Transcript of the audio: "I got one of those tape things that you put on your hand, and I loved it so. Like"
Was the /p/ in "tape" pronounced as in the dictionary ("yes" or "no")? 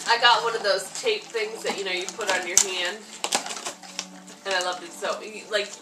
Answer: yes